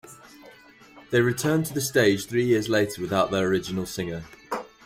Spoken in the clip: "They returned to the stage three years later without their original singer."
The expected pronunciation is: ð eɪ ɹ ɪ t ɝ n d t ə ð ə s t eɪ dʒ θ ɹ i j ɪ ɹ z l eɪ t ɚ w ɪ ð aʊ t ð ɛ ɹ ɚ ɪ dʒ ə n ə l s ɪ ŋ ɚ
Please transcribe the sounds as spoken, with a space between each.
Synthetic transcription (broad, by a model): ð eɪ ɹ ɪ t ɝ n t ə ð ə s t eɪ dʒ θ ɹ i j ɪ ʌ z l eɪ t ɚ w ɪ ð aʊ t ð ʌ ɹ ɚ ɪ dʒ ə n ə l s ɪ ŋ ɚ